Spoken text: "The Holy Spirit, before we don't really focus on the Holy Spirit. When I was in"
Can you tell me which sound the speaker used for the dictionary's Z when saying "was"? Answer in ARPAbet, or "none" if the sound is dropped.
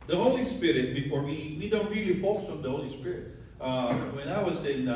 S